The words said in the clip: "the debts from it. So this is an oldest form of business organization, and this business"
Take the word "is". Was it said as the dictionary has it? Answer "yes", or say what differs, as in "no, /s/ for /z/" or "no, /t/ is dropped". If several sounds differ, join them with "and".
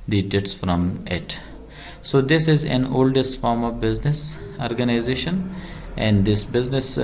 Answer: yes